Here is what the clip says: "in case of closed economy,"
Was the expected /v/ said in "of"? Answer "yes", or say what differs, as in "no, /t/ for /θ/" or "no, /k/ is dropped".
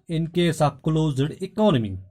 no, /p/ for /v/